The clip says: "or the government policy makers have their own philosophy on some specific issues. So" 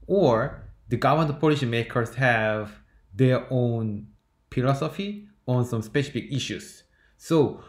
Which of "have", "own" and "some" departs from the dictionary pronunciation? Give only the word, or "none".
none